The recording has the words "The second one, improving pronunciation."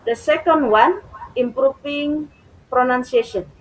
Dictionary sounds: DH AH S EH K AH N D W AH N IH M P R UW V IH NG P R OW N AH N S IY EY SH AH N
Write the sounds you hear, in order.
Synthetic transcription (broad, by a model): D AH S EH K AH N D W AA N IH M P R UW F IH NG P R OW N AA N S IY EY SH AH N